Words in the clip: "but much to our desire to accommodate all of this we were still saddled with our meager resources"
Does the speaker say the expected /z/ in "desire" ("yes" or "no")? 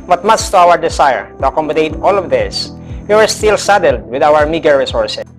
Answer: no